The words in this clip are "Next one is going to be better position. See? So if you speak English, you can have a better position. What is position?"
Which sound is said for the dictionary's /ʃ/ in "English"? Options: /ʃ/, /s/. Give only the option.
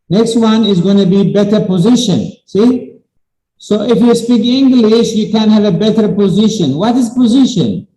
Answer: /ʃ/